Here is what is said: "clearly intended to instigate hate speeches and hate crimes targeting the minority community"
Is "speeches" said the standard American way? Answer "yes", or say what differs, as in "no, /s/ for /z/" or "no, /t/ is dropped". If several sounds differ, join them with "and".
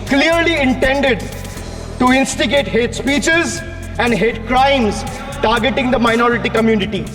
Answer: yes